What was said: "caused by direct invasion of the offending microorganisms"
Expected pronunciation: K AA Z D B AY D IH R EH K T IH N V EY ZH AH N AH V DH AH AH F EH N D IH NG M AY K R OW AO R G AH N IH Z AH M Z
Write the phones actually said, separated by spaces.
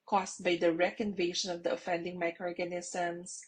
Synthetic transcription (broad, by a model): K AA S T B AY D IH R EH K IH N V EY SH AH N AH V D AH AH F EH N D IH NG M AY K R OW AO R G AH N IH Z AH M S